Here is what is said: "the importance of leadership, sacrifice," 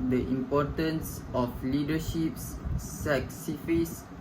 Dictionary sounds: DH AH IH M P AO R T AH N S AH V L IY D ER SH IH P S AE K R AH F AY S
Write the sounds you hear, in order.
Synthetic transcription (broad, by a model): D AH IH M P AO T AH N S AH F L IY D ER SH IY P S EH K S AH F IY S